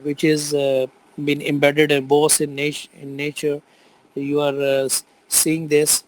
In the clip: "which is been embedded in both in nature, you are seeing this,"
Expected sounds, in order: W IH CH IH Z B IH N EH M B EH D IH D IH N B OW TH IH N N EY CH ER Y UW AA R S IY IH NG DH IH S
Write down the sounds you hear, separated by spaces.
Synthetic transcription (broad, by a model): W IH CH IH Z B IH N EH M B EH D IH D IH N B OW S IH N N EY CH ER Y UW AA R S IY IH NG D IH S